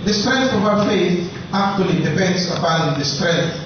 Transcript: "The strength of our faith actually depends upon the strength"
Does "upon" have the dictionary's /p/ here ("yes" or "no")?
no